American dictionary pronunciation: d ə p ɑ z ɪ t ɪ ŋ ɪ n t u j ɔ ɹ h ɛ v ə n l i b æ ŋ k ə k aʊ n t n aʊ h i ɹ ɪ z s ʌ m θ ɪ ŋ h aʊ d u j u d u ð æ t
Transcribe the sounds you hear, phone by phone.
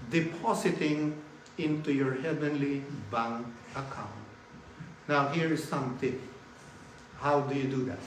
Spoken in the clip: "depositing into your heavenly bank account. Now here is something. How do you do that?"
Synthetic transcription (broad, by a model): d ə p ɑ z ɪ t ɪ ŋ ɪ n t u j ɔ ɹ h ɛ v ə n l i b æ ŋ ə k aʊ n t n aʊ h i ɹ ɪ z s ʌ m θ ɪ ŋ h aʊ d u j u d u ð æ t